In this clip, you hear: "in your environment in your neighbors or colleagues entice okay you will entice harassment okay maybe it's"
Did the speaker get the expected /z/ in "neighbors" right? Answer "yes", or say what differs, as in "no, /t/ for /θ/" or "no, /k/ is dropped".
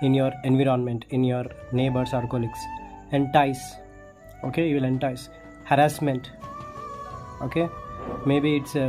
no, /s/ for /z/